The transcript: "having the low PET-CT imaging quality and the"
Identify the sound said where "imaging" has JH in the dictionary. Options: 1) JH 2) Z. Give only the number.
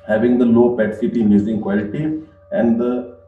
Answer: 2